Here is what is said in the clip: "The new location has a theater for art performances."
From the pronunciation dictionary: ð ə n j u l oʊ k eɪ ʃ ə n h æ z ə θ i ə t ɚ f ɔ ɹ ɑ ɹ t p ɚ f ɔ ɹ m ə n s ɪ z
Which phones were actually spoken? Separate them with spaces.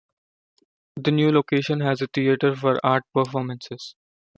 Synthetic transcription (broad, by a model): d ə n j u l oʊ k eɪ ʃ ə n h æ z ə t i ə t ɚ f ɔ ɹ ɑ ɹ t p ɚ f ɔ ɹ m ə n s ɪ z